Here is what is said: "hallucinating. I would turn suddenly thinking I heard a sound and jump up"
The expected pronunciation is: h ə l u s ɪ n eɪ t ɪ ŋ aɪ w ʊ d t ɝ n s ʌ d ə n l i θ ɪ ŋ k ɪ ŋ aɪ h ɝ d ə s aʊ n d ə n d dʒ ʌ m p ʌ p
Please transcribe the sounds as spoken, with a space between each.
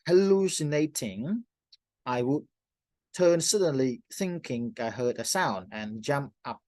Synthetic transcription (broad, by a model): h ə l u s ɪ n eɪ t ɪ ŋ aɪ w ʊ d t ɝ n s ʌ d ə n l i θ ɪ ŋ k ɪ ŋ aɪ h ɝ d ə s aʊ n d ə n dʒ ʌ m p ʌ p